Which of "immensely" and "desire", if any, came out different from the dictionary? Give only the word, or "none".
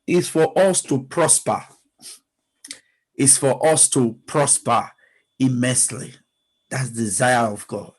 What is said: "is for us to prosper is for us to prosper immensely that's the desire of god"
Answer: none